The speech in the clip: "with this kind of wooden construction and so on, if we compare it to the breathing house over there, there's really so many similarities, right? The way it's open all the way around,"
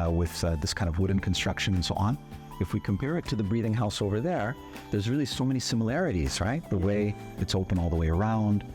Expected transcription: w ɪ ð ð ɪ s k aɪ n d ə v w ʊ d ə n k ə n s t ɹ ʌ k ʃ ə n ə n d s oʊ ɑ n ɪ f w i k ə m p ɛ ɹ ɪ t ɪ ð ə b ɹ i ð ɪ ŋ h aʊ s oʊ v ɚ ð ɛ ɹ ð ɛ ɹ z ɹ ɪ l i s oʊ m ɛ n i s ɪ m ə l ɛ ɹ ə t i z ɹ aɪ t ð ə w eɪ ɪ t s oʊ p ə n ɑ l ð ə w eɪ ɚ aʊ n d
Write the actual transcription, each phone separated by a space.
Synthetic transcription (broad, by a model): w ɪ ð ð ɪ s k aɪ n d ə v w ʊ d n k n s t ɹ ʌ k ʃ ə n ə n s oʊ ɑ n ɪ f w i k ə m p ɛ ɹ ɪ t ɪ ð ə b ɹ i ð ɪ ŋ h aʊ s oʊ v ɚ ð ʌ ɹ ð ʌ ɹ z ɹ ɪ l i s oʊ m ɛ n i s ɪ m ə l ɛ ɹ ə t i z ɹ aɪ t ð ə w eɪ ɪ t s oʊ p ə n ɑ l ð ə w eɪ ɚ aʊ n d